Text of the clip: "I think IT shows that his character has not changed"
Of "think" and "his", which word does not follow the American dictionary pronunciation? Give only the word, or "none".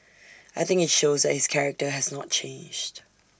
none